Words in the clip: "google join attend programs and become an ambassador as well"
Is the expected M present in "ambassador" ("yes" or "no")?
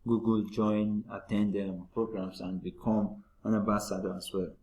no